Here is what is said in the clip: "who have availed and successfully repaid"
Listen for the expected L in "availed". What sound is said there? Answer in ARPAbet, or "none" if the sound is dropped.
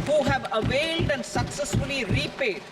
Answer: L